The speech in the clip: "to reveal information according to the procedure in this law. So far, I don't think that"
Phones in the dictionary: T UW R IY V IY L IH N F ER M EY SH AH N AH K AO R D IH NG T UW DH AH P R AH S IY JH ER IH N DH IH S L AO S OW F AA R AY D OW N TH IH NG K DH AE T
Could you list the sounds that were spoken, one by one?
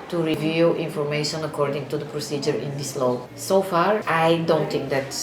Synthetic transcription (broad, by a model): T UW R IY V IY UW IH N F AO M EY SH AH N AH K AO R D IH NG T UW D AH P R AH S IY JH ER IH N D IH S L AO S OW F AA R AY D OW N T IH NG K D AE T